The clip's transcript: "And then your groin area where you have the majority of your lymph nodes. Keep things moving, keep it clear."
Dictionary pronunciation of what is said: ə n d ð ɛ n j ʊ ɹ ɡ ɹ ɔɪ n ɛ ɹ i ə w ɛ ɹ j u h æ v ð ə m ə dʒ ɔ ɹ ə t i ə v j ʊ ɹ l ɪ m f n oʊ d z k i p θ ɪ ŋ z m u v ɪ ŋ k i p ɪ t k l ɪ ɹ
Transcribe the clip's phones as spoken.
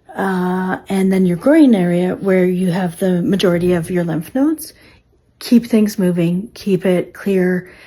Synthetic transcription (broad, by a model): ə n ð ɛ n j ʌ ɹ ɡ ɹ ɔɪ n ɛ ɹ i ə w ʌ ɹ j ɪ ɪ v ð ə m ə dʒ ɔ ɹ ə t i ə v j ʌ ɹ l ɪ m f n oʊ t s k i p θ ɪ ŋ z m u v ɪ ŋ k i p ɪ t k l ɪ ɹ